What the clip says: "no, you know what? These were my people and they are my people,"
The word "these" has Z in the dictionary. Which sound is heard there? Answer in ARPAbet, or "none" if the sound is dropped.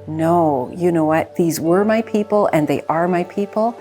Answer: Z